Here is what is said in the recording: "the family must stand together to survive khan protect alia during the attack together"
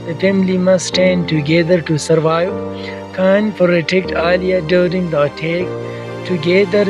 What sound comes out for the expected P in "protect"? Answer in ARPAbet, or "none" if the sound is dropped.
F